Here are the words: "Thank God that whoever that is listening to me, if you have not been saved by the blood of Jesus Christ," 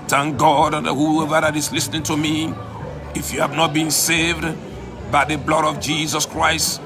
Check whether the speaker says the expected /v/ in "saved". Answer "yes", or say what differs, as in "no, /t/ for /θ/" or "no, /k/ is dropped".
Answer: yes